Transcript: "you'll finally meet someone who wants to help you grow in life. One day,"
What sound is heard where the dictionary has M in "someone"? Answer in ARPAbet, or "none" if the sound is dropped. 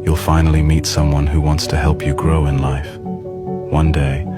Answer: M